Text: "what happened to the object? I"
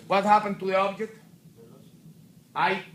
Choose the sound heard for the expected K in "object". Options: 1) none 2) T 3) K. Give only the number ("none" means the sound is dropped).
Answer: 3